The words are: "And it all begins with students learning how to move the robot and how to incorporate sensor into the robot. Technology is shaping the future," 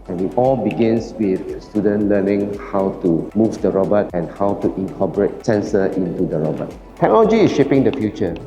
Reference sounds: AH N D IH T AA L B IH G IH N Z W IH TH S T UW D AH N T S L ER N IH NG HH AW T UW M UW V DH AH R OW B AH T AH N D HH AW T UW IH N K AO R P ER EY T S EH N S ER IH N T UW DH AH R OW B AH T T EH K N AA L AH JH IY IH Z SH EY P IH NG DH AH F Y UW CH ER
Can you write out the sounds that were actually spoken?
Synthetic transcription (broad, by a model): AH N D IH T AA L B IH G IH N S W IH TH S T UW D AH N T L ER N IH NG HH AW T UW M UW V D AH R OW B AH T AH N HH AW T UW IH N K AO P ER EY T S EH N S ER IH N T UW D AH R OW B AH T T EH K N AA L AH JH IY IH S SH EY P IH NG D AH F Y UW CH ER